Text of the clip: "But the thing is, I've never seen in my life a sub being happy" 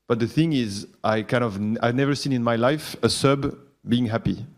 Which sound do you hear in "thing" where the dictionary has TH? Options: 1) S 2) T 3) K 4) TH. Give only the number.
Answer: 4